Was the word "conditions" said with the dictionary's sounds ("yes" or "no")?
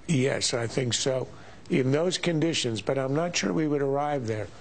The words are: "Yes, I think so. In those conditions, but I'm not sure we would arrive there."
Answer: yes